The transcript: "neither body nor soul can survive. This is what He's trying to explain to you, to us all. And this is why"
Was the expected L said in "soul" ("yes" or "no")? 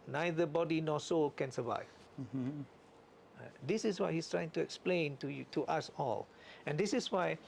yes